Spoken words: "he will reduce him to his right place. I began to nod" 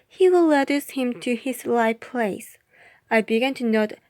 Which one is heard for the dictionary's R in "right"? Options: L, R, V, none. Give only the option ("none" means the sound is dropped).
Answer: L